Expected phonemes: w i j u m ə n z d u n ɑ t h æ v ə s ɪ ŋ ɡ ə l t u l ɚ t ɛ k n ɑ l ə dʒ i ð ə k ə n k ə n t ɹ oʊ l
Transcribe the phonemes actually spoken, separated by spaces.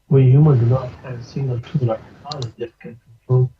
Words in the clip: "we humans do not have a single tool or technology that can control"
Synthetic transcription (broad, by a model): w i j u m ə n d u n ɑ t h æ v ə s ɪ ŋ ɡ ə l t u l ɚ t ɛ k ɑ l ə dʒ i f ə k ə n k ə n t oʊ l